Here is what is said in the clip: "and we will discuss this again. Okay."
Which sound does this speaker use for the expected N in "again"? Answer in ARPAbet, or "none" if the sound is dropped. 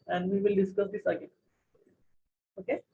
none